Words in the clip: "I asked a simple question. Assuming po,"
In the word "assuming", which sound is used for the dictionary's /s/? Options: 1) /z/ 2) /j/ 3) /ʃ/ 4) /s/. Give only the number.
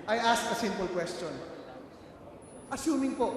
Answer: 4